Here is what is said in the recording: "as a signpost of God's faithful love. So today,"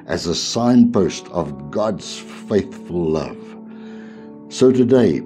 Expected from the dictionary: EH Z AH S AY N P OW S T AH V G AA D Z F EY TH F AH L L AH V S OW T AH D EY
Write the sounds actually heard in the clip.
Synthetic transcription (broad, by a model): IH Z AH S AY N P OW S T AH V G AA D Z F EY TH F AH L L AH V S OW T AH D EY